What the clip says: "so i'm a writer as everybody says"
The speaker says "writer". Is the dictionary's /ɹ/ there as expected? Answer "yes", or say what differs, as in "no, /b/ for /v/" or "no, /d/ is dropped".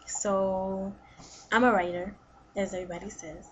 yes